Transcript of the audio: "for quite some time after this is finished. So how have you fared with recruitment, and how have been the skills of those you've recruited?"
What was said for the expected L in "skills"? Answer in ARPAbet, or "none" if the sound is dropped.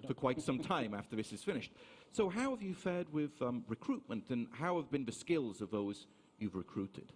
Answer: L